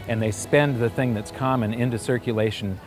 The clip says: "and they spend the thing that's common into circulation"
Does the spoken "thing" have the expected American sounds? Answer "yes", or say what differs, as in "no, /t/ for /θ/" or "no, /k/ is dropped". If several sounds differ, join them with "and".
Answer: yes